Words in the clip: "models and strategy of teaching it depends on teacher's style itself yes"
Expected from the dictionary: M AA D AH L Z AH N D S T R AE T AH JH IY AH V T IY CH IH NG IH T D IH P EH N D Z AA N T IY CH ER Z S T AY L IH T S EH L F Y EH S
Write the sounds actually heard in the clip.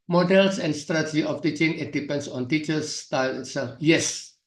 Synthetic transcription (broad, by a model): M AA D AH L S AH N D S T R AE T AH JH IY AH F T IY CH IH NG IH T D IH P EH N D S AA N T IY CH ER S T AY L IH T S EH L F Y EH S